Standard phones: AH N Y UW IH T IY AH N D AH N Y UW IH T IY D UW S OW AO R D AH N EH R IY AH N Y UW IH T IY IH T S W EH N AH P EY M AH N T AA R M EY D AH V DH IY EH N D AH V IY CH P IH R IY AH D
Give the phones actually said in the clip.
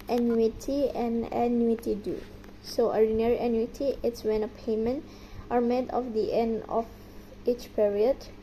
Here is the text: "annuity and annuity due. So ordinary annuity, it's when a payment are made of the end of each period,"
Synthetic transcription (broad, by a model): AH N Y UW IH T IY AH N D AH N Y UW IH T IY D UW S OW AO R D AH N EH R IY AH N Y UW IH T IY IH T S W EH N AH P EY M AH N T AA R M EY D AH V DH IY EH N D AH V IY CH P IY R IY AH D